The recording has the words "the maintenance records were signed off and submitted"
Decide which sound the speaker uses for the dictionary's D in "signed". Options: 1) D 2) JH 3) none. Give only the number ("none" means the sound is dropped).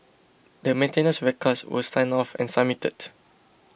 3